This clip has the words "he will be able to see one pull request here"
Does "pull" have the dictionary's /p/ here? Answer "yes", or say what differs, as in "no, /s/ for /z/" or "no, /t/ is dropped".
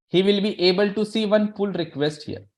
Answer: no, /f/ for /p/